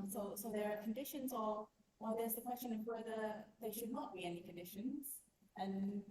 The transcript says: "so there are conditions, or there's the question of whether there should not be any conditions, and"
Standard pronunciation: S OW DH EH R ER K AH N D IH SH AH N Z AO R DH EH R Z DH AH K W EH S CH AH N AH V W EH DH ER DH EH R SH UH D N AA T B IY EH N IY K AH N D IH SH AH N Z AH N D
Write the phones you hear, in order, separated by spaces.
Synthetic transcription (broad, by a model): S OW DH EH R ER K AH N D IH SH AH N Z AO W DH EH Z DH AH K W EH S CH AH N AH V W EH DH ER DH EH SH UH D N AA T B IY EH N IY K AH N D IH SH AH N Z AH N